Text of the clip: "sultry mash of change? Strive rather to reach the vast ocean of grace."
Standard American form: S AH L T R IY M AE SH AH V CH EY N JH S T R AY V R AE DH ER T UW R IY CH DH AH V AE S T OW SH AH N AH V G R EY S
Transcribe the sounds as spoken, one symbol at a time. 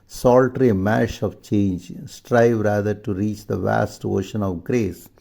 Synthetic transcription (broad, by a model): S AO L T R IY M AE SH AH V CH EY N JH S T R AY V R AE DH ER T UW R IY CH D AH V AE S T OW SH AH N AH V G R EY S